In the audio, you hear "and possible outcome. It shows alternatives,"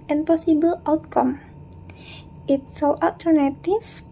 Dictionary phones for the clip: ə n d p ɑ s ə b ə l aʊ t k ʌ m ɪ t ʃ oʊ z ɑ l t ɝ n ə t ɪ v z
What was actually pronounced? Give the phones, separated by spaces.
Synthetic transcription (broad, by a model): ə n p ɑ s ə b ə l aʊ t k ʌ m ɪ t s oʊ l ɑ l t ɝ n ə t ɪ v